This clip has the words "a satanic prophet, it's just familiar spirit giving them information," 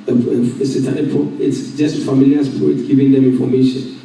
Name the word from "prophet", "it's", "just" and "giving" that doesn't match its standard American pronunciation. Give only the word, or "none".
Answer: prophet